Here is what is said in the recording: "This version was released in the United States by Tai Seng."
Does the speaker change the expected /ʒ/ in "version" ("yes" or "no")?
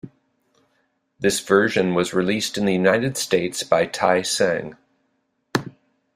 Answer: no